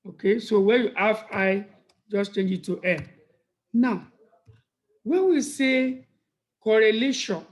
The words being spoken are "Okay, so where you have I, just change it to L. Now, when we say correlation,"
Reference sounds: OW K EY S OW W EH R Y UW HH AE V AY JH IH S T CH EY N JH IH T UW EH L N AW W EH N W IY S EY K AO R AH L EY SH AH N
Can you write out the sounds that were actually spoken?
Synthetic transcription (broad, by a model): OW K EY S OW W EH Y UW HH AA F AY JH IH S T CH EY N JH IH T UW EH N N AW W EH N W IY S EY K AO R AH L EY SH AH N